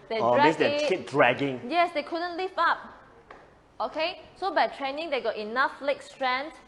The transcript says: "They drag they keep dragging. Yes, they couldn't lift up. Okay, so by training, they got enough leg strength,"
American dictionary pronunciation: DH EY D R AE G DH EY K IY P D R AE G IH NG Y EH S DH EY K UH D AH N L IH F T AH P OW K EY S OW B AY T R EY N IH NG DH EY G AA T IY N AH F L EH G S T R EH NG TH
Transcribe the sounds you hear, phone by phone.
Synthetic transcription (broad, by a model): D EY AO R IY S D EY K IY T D R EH G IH NG Y EH S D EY K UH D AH N L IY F AA P OW K EY S OW B AY T R EY N IH NG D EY G AA T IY N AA F L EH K S T R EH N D